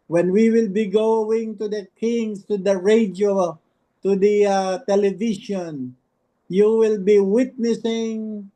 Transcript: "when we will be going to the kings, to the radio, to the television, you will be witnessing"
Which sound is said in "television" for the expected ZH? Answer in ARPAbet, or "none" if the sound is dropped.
SH